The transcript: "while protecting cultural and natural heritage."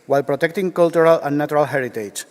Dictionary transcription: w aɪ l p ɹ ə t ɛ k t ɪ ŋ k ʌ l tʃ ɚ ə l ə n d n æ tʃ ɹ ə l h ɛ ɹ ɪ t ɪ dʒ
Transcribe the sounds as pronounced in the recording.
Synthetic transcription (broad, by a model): w aɪ l p ɹ ə t ɛ k t ɪ ŋ k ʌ l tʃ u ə l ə n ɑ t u ɹ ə l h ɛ ɹ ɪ t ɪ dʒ